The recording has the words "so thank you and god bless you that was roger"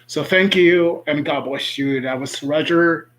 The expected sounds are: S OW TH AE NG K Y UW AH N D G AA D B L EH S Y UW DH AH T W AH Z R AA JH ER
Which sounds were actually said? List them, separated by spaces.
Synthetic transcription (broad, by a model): S OW TH AE NG K Y UW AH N G AA D B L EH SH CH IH DH AH T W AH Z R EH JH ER